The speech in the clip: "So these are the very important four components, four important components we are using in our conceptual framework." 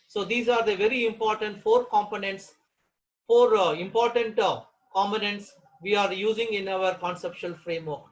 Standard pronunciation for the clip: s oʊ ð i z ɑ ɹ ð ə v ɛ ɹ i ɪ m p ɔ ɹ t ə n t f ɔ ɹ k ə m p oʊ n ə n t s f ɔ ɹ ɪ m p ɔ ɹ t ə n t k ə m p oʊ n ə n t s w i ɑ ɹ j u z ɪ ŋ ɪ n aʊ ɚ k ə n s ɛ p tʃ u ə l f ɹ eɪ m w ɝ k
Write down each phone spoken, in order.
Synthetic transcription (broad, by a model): s oʊ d i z ɑ ɹ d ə v ɛ ɹ i ɪ m p ɔ ɹ t ə n t f ɔ ɹ k ə m p oʊ n ə n t s f ɔ ɹ ɪ m p ɔ ɹ t ə n t k ə m p oʊ n ə n t s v i ɑ ɹ j u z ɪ ŋ ɪ n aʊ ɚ k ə n s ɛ p ʃ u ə l f ɹ eɪ m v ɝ k